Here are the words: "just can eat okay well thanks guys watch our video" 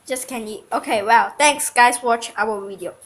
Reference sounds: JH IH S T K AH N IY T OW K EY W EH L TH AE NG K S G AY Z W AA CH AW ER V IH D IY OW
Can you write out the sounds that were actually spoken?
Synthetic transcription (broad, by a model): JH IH S K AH N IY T OW K EY W EH L T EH NG K S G AY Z W AA CH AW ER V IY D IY OW